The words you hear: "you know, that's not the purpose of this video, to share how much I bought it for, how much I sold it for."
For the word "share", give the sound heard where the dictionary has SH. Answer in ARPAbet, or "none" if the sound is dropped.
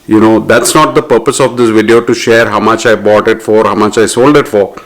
SH